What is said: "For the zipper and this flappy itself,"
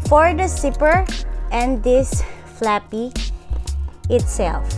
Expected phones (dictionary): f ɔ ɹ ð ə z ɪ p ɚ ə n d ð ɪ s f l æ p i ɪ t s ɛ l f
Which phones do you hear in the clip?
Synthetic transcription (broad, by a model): f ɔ ɹ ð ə s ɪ p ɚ ə n d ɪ s f l æ p i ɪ t s ɛ l f